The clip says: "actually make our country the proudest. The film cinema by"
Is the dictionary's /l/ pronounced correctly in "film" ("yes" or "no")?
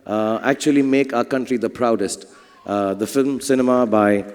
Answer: yes